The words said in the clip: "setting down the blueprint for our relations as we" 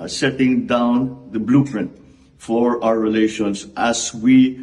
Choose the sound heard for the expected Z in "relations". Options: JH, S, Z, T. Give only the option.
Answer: S